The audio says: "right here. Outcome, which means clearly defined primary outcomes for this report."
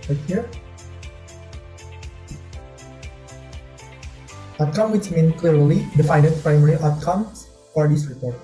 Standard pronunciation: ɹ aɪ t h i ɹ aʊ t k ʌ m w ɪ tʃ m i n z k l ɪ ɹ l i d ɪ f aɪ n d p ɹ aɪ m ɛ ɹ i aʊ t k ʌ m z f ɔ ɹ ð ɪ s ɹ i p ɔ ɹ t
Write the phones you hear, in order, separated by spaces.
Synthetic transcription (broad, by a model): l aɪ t h i ɹ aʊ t k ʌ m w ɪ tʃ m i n k l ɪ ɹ l i d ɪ f aɪ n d p ɹ aɪ m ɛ ɹ i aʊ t k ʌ m s f ɔ ɹ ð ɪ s ɹ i p ɔ ɹ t